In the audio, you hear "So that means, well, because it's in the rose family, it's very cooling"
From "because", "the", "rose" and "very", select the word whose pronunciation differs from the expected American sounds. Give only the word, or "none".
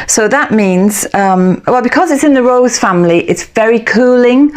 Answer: none